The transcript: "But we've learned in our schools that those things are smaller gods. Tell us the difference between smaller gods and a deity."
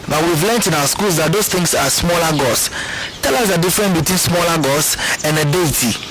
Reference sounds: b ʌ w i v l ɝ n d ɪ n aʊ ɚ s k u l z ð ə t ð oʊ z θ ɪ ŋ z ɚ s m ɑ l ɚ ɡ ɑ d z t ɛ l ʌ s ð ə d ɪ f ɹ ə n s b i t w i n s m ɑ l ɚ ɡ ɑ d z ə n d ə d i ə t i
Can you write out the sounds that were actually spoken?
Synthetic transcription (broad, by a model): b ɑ w i v l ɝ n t ɪ n aʊ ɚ s k u l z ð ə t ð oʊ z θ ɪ ŋ s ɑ s m ɑ l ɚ ɡ ɑ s t ɛ l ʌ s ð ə d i f ɹ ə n b i t w i n s m ɑ l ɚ ɡ ɑ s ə n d ə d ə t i